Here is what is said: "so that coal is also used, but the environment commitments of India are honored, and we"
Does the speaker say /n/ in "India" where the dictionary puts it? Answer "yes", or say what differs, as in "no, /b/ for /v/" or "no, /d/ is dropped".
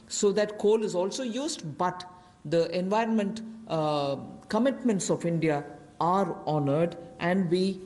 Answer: yes